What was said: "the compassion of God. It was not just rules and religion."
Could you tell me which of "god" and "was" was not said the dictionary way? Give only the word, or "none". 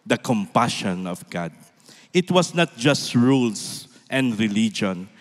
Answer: was